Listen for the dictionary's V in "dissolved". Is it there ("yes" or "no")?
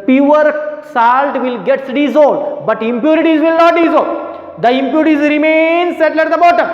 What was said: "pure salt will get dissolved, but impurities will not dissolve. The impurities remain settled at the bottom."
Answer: no